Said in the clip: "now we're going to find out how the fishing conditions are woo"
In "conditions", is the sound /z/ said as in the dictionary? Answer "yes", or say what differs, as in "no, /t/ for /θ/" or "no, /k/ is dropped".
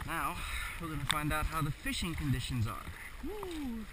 yes